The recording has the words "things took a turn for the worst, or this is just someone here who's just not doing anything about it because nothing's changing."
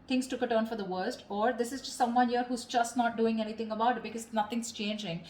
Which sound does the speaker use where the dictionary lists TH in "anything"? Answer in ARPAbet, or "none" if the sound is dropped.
T